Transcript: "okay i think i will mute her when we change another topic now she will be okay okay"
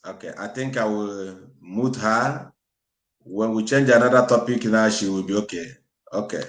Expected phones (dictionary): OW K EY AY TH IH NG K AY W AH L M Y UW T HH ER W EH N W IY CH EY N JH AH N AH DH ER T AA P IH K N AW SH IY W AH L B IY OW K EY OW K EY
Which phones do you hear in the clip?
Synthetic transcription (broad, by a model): OW K EY AY T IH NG K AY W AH M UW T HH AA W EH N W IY CH EY N JH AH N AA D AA T AA P IH K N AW SH IY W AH B IY OW K EY OW K EY